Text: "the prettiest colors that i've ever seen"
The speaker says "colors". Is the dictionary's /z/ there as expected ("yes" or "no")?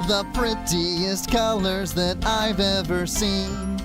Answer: yes